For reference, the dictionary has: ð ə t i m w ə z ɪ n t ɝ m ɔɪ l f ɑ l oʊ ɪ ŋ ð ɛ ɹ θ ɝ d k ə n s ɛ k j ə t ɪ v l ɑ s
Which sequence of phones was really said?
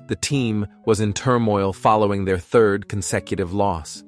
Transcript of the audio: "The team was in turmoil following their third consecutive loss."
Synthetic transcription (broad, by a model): ð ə t i m w ə z ɪ n t ɝ m ɔɪ l f ɑ l oʊ ɪ ŋ ð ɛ ɹ θ ɝ d k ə n s ɛ k j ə t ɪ v l ɑ s